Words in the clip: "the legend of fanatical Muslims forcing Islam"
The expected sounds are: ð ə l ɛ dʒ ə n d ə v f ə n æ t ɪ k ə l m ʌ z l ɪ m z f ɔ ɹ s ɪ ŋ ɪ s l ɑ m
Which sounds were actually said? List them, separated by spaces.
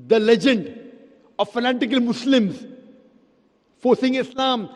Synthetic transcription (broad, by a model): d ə l ɛ dʒ ə n d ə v f ə n æ t ɪ k ə l m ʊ s l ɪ m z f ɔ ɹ s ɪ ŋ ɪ s l ɑ m